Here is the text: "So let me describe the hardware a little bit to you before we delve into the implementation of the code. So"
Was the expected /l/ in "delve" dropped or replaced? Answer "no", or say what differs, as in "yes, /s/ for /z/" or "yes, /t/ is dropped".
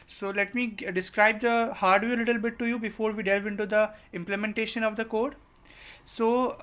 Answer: no